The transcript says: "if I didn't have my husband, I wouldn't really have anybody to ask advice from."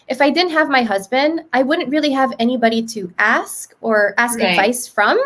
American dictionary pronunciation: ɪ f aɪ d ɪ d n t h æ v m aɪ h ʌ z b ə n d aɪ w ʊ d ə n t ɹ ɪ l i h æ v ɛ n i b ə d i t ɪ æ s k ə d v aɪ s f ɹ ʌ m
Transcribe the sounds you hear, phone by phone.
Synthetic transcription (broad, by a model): ɪ f aɪ d ɪ d n t h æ v m aɪ h ʌ z b ə n d aɪ w ʊ d n t ɹ ɪ l i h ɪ v ɛ n i b ə d i t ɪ æ s k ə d v aɪ s f ɹ ʌ m